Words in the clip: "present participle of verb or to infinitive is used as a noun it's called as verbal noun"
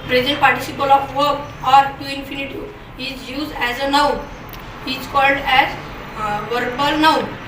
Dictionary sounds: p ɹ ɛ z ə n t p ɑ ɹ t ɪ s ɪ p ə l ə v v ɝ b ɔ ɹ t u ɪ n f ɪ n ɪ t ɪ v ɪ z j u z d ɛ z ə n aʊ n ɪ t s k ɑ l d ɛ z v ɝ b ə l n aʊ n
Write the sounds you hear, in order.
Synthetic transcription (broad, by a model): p ɹ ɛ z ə n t p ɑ ɹ t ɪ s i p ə l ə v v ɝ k ɔ ɹ t u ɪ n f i n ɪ t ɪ ɪ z j u z d ɛ z ə n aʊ ɪ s k ɑ l d ɛ z v ɝ b ə l n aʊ